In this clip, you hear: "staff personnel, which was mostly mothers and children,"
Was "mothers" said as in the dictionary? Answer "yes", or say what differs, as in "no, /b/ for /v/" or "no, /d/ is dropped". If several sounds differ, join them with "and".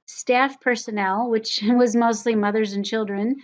yes